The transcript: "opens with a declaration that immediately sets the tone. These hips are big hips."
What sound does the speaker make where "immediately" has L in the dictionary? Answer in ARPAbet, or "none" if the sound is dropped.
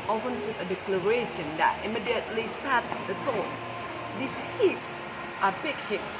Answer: L